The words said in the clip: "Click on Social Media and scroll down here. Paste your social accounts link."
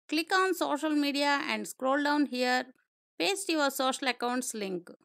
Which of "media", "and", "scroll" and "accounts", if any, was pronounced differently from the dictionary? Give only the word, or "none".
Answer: none